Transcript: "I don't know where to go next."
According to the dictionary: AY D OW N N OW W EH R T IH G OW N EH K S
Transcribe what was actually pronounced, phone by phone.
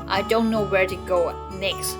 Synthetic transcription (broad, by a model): AY D OW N N OW W EH R T IH G OW N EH K S